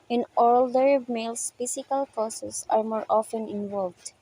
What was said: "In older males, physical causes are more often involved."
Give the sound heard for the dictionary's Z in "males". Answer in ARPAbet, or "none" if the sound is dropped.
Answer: S